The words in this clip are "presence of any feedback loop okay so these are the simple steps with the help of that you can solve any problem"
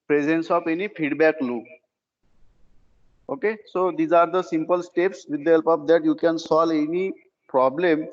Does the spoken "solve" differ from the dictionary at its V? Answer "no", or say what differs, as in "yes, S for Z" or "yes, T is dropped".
yes, V is dropped